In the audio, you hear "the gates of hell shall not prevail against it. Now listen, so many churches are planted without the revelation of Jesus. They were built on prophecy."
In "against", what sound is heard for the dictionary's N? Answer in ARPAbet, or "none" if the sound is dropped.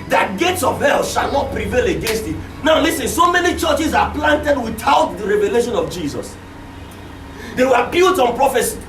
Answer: N